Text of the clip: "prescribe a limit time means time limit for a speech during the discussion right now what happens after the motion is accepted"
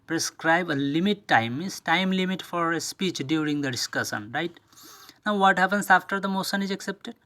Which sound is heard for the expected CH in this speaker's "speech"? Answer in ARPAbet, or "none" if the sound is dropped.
CH